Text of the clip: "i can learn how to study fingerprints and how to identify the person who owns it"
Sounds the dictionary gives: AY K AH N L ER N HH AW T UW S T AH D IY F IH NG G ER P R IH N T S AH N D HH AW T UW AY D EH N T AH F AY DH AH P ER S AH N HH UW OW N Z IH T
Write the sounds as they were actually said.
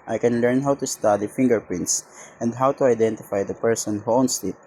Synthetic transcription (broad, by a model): AY K AH N L ER N HH AW T UW S T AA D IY F IH NG G ER P R IH N T S AH N D HH AW T UW AY D EH N T AH F AY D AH P ER S AH N HH UW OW N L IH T